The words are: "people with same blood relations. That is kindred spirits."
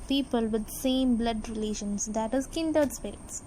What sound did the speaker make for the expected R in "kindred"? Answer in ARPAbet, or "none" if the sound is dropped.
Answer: none